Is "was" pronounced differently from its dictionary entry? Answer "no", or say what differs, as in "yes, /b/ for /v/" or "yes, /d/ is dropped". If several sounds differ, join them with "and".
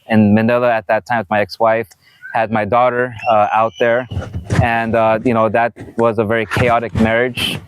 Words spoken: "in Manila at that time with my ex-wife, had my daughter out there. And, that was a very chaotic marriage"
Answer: no